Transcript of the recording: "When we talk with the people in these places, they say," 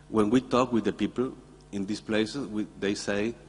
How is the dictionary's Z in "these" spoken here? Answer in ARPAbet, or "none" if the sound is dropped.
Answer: S